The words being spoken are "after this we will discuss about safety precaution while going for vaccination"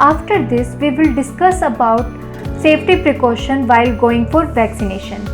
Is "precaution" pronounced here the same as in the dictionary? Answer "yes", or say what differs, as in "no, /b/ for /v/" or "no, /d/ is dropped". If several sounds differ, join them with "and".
yes